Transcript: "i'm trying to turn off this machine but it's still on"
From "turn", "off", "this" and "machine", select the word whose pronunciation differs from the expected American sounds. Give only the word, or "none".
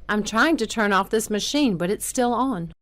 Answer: none